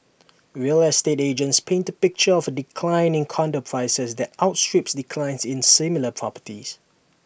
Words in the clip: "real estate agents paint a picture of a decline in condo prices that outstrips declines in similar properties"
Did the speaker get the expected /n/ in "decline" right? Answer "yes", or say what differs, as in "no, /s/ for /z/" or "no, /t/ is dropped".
yes